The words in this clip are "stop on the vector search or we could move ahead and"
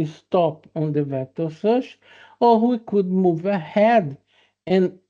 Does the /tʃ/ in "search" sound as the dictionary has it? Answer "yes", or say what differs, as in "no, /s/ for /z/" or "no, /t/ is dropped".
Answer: no, /ʃ/ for /tʃ/